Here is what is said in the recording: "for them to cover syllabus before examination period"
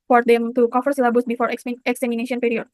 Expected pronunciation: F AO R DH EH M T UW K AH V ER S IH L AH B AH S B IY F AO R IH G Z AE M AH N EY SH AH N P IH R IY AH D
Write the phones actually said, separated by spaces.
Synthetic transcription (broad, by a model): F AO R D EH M T UW K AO F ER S L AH B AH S B IY F AO R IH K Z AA M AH N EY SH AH N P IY R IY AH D